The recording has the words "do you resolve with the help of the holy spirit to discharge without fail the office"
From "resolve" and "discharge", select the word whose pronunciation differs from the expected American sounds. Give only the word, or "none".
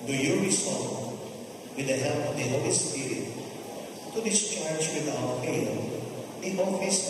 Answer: resolve